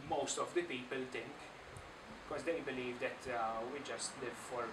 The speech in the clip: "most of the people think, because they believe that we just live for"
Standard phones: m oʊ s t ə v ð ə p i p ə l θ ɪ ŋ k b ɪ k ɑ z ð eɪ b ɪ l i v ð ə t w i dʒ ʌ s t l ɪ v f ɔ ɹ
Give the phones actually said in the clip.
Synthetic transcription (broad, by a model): m oʊ s t ə v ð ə p i p ə l t ɪ ŋ k b ɪ k ɑ z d eɪ b ɪ l i v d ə t w i dʒ ʌ s t l ɪ v f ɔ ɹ